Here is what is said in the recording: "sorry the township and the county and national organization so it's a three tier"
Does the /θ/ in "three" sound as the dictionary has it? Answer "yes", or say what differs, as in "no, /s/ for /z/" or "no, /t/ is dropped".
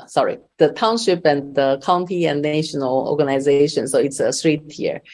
no, /s/ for /θ/